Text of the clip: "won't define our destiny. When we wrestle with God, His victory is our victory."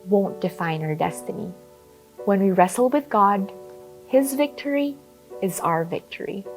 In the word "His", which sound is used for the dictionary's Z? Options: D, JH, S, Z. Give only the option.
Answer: Z